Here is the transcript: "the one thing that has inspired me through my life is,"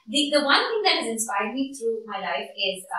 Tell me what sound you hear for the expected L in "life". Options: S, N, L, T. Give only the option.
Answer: L